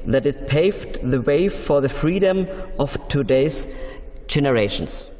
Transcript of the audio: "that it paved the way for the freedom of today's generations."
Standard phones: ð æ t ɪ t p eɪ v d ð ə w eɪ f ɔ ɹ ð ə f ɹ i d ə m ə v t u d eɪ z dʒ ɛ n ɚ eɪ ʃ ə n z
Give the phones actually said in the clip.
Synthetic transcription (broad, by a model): ð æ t ɪ t p eɪ v d ð ə w eɪ f ɔ ɹ ð ə f ɹ i d ə m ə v t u d eɪ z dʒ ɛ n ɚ eɪ ʃ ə n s